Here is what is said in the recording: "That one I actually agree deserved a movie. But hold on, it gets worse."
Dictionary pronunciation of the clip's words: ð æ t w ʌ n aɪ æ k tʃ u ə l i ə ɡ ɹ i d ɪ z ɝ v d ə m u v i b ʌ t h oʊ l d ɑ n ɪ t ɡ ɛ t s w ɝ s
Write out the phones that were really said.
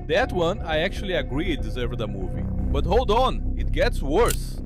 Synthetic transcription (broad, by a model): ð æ t w ʌ n aɪ æ k tʃ u ə l i ə ɡ ɹ i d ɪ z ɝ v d ə m u v i b ʌ t h oʊ l d ɑ n ɪ t ɡ ɛ t s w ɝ s